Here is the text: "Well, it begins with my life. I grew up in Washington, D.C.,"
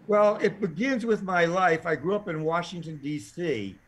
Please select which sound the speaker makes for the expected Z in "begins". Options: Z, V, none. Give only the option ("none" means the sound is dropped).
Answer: Z